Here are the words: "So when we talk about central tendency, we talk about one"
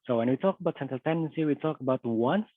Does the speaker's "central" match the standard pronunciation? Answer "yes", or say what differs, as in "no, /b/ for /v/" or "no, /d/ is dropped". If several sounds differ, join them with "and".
no, /ɹ/ is dropped